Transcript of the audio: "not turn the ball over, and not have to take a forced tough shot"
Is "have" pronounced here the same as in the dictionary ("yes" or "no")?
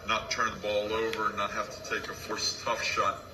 no